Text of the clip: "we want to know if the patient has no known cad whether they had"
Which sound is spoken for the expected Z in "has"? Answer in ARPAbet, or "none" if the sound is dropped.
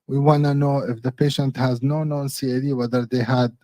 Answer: Z